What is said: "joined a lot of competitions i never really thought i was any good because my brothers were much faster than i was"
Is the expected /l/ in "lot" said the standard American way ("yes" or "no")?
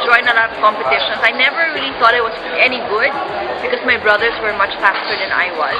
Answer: no